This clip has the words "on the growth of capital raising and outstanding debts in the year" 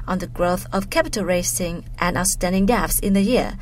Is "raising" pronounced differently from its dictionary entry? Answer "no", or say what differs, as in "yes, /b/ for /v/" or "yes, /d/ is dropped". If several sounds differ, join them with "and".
yes, /s/ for /z/